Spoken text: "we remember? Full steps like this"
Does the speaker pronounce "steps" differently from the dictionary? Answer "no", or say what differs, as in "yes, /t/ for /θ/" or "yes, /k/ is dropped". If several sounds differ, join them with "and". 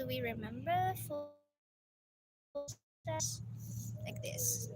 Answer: yes, /p/ is dropped